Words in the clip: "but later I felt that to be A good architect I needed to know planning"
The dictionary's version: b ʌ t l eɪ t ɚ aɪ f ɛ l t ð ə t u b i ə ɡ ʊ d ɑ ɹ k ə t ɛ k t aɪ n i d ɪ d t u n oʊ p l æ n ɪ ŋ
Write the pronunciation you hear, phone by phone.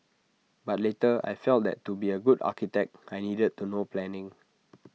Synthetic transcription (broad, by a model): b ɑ t l eɪ t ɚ aɪ f ɛ l t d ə t u b i ə ɡ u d ɑ k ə t ɛ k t aɪ n i d ɪ d t u n oʊ p l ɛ n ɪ ŋ